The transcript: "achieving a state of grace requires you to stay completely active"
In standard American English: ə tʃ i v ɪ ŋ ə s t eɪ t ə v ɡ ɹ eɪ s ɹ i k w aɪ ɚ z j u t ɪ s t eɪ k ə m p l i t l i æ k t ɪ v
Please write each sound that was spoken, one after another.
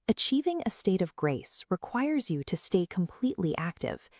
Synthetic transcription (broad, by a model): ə tʃ i v ɪ ŋ ə s t eɪ t ə v ɡ ɹ eɪ s ɹ i k w aɪ ɚ z j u t ɪ s t eɪ k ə m p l i t l i æ k t ɪ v